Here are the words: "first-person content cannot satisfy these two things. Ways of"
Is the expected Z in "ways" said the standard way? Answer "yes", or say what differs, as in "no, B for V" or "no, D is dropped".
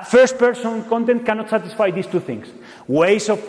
no, S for Z